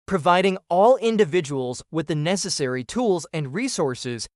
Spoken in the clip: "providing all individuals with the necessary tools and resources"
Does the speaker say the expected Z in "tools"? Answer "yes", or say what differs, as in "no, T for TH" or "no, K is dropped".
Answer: yes